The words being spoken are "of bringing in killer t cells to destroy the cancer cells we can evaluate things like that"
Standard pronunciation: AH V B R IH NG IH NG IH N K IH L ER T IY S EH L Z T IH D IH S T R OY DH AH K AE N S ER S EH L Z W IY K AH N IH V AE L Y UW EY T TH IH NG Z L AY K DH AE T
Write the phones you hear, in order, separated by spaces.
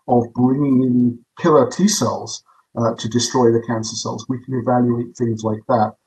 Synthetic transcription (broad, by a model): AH V B R IH NG IH NG IH N K IH L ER T IY S EH L Z T IH D IH S T R OY DH AH K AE N S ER S EH L Z W IY K AH N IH V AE L Y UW EY T TH IH NG Z L AY K DH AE T